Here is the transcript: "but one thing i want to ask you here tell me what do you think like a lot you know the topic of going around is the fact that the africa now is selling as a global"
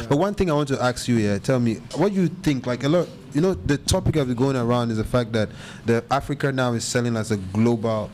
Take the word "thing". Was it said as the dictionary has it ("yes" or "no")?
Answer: yes